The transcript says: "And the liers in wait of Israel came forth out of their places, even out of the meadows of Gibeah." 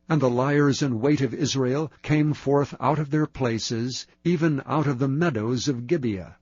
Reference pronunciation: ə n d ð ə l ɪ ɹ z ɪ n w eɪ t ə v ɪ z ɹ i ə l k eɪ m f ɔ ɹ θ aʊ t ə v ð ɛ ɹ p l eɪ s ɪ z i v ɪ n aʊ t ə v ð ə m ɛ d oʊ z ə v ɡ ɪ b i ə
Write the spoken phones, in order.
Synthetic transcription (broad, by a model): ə n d ð ə l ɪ ɹ z ɪ n w eɪ t ə v ɪ z ɹ i ə l k eɪ m f ɔ ɹ θ aʊ t ə v ð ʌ ɹ p l eɪ s ɪ z i v ɪ n aʊ t ə v ð ə m ɛ d oʊ z ə v ɡ ɪ b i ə